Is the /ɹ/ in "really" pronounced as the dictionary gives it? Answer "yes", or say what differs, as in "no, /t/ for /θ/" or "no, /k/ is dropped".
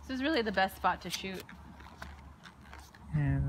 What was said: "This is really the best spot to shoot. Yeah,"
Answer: yes